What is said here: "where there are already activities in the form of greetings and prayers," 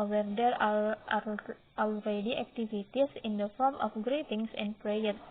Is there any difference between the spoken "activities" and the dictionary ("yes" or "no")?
yes